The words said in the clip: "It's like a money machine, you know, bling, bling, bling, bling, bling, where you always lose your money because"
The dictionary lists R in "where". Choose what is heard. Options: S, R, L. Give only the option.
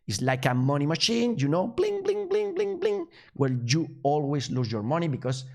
L